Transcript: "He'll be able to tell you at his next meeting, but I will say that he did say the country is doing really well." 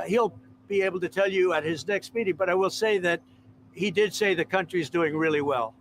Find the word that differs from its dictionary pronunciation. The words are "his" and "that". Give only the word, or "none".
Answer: none